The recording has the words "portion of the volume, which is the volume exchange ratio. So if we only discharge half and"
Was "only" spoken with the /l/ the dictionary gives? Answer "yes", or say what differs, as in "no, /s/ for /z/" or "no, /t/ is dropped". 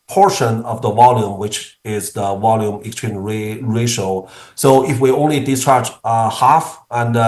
yes